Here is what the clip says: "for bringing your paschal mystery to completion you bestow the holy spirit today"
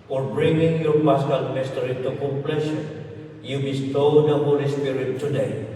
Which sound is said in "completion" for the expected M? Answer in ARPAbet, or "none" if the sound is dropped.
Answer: none